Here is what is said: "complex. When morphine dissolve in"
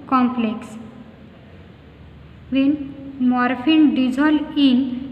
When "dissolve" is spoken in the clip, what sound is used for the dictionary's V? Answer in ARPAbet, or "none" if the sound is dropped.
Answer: none